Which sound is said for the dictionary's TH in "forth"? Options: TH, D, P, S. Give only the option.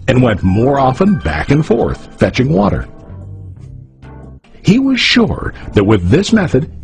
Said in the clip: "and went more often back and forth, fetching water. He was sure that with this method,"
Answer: TH